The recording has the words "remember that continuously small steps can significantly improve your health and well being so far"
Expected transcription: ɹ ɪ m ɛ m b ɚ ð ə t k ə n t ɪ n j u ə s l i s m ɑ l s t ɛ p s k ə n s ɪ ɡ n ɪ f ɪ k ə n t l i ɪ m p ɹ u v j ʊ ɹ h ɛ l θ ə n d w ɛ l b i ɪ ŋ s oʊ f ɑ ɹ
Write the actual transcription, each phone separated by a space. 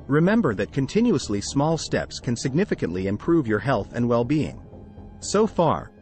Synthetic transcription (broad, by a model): ɹ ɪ m ɛ m b ɚ ð ə t k ə n t ɪ n j u ə s l i s m ɑ l s t ɛ p s k ə n s ɪ ɡ n ɪ f ɪ k ə n t l i ɪ m p ɹ u v j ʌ ɹ h ɛ l θ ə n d w ɛ l b i ɪ ŋ s oʊ f ɑ ɹ